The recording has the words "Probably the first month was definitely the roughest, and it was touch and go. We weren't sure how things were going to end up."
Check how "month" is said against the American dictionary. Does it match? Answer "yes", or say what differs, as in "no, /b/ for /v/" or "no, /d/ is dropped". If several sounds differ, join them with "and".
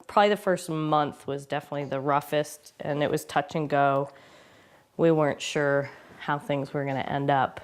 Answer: yes